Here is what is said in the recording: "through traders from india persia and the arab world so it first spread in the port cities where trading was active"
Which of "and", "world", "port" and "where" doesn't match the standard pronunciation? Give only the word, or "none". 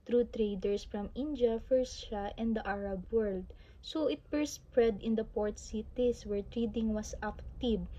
none